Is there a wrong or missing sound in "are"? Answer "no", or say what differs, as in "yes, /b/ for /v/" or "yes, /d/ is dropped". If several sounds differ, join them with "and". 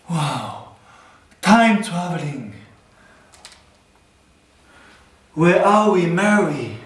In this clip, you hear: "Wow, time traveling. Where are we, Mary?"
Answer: yes, /l/ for /ɹ/